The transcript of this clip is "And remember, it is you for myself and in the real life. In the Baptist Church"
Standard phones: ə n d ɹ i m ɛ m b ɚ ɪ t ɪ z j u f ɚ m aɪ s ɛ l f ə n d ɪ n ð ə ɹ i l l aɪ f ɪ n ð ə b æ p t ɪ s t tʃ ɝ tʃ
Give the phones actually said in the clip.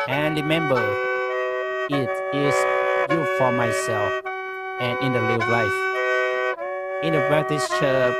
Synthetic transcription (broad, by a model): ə n ɹ i m ɛ m b ɚ ɪ t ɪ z j u f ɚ m aɪ s ɛ l f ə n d ɪ n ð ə l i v l aɪ f ɪ n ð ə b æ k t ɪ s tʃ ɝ